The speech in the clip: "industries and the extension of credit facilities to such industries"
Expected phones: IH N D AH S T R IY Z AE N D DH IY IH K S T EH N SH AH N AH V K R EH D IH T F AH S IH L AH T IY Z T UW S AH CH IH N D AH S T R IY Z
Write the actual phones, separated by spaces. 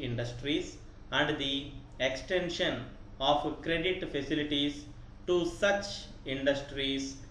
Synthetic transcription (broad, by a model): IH N D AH S T R IY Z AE N D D IY IH K S T EH N SH AH N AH P K R EH D IH T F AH S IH L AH T IY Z T UW S AH CH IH N D AH S T R IY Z